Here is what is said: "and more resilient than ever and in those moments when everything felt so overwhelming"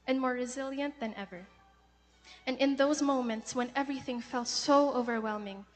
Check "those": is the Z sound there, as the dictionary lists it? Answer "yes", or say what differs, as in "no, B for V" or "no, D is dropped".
yes